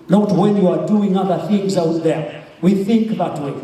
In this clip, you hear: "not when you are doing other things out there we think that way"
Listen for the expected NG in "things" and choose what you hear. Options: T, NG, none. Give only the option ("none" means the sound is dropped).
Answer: NG